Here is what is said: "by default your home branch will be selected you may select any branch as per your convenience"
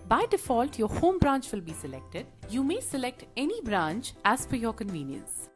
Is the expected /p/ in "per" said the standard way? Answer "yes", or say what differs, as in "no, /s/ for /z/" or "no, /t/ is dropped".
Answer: no, /f/ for /p/